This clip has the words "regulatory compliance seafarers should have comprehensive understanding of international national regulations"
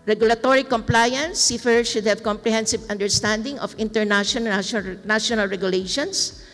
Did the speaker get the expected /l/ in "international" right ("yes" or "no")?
no